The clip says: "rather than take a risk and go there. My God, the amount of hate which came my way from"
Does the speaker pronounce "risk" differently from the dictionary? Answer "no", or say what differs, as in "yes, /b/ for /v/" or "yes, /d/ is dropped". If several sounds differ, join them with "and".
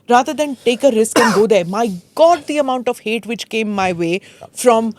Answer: no